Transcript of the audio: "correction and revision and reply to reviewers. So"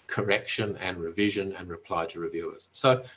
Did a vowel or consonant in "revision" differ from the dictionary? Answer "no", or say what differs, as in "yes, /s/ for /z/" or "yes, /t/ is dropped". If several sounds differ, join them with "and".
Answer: no